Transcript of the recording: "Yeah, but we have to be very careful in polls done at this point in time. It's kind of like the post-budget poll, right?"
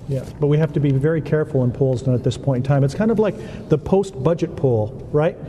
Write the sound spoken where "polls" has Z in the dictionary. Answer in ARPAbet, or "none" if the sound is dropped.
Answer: Z